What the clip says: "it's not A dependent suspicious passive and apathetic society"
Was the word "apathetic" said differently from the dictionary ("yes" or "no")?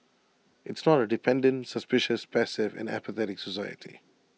no